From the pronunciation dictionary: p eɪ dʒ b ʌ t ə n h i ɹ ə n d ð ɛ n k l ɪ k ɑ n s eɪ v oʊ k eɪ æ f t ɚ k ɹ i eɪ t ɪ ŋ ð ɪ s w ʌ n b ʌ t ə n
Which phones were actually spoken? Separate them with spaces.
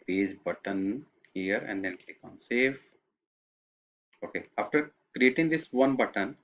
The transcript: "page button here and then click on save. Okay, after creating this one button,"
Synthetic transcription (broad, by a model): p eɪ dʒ b ʌ t ə n h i ɹ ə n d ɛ n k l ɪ k ɑ n s eɪ f oʊ k eɪ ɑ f t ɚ k ɹ i eɪ t ɪ ŋ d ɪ s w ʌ n b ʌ t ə n